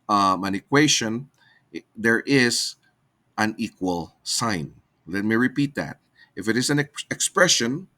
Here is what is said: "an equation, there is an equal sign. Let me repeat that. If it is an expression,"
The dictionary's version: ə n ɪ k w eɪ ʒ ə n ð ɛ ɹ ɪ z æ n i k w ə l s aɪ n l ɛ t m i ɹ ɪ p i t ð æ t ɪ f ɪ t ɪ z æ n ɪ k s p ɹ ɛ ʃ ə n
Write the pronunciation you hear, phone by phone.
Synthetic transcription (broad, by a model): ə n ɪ k w eɪ ʃ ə n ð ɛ ɹ ɪ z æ n i k w ə l s aɪ n l ɛ t m i ɹ ɪ p i t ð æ t ɪ f ɪ t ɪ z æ n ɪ k s p ɹ ɛ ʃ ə n